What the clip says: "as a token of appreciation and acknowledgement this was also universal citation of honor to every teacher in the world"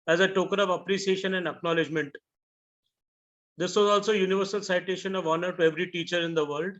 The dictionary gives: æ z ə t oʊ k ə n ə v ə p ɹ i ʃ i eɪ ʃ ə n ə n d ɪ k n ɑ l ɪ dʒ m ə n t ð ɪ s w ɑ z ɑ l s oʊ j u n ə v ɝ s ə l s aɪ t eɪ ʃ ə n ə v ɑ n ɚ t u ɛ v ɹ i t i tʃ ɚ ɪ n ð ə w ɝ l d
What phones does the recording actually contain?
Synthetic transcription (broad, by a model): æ z ə t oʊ k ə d ə v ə p ɹ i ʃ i eɪ ʃ ə n ə n d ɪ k n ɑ l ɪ dʒ m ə n t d ɪ s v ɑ z ɑ l s oʊ j u n ə v ɝ s ə l s aɪ t eɪ ʃ ə n ə v ɑ n ɚ t u ɛ v ɹ i t i tʃ ɚ ɪ n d ə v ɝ l d